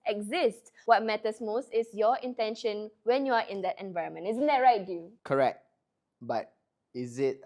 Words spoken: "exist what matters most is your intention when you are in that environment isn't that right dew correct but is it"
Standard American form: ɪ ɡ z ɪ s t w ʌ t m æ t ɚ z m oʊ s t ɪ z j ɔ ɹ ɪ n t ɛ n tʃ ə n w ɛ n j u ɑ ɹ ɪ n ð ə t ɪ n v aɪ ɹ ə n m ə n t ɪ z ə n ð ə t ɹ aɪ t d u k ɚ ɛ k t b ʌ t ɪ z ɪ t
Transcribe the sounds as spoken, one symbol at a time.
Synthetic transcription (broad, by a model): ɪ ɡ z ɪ s t w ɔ t m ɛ t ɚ s m oʊ s t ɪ s j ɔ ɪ n t ɛ n ʃ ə n w ɛ n j u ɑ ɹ ɪ n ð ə t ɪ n v aɪ ɹ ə n m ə n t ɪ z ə n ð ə t ɹ aɪ t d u k ɚ ɛ k t b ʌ t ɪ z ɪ t